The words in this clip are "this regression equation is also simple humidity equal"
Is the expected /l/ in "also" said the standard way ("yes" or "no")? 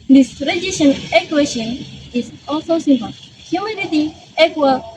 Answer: yes